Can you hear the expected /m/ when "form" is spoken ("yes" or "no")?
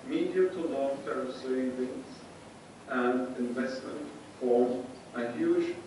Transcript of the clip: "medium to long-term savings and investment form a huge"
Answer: no